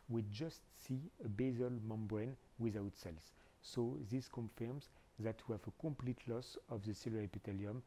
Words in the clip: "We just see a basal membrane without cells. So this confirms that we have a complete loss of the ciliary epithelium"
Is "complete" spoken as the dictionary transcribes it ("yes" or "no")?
yes